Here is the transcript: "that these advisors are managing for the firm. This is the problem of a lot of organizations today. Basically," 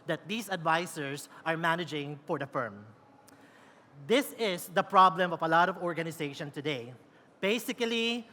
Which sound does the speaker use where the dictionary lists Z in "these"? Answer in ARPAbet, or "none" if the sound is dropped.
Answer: S